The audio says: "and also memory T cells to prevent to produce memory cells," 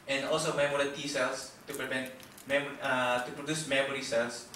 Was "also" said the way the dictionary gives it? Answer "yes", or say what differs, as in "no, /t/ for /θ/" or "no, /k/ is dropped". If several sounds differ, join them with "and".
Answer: yes